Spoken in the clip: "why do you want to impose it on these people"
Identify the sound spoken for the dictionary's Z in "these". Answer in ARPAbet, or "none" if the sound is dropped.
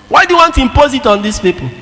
S